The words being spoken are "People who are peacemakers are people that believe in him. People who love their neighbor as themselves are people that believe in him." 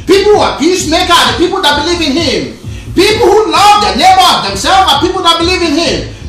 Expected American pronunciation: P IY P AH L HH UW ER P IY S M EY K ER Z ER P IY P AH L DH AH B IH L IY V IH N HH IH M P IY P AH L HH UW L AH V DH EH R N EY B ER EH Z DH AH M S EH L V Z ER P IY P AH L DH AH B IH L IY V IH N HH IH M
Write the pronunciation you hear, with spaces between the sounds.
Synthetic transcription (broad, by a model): P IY P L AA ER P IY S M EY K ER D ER P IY P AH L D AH B IH L IY V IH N HH IH M P IY P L HH UW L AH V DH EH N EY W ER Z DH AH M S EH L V ER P IY P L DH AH B IH L IY V IH N HH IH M